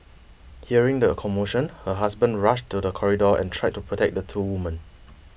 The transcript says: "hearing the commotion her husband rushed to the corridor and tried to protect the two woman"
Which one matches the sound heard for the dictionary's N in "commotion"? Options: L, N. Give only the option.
N